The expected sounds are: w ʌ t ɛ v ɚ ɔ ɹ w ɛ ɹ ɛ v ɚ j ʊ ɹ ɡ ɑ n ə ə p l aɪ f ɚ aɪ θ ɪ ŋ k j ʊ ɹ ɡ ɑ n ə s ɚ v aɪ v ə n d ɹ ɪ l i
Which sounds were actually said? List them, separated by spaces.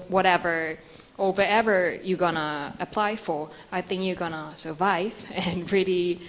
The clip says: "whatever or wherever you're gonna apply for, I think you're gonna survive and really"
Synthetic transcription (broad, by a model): w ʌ t ɛ v ɚ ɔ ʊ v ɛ ɹ ɛ v ɚ j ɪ ɡ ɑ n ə ə p l aɪ f ɚ aɪ θ ɪ ŋ k j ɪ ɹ ɡ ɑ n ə s ɚ v aɪ v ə n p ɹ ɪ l i